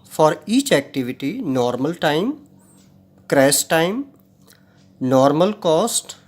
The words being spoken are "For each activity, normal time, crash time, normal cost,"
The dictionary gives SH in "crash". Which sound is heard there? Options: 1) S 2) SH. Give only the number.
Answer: 1